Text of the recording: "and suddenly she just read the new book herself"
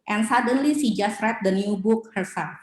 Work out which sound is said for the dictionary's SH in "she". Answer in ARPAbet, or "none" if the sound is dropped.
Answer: S